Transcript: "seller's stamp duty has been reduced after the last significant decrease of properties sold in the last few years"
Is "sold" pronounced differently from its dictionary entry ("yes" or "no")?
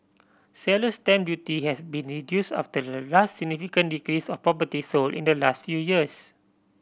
yes